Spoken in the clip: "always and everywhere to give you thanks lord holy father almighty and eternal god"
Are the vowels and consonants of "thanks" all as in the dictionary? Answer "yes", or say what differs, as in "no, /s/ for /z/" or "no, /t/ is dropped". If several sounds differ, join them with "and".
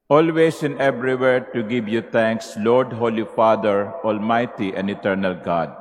no, /t/ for /θ/